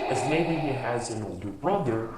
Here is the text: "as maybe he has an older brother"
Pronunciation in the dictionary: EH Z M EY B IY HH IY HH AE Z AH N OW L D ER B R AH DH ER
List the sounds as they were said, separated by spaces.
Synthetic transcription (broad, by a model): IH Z M EY B IY HH IY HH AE Z AH N OW L D ER B R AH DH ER